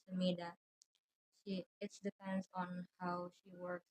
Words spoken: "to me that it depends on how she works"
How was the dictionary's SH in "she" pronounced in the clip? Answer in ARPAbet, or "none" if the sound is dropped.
SH